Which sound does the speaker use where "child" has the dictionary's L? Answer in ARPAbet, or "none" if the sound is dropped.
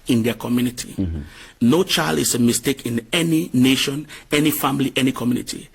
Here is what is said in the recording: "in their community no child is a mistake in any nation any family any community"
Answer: L